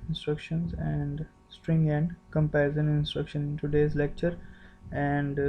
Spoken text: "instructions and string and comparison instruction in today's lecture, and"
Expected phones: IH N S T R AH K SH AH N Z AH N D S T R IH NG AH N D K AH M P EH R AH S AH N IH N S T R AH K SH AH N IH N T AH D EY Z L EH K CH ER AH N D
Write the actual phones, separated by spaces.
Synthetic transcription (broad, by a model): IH N S T R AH K SH AH N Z AH N D S T R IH NG AH N D K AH M P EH AH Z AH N IH N S T R AH K SH AH N IH N T AH D EY Z L EH K CH ER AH N D